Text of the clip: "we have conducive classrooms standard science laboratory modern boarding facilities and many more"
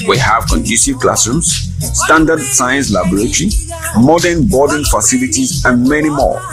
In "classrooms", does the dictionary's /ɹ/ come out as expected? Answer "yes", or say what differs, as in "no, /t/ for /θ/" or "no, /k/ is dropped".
no, /ɹ/ is dropped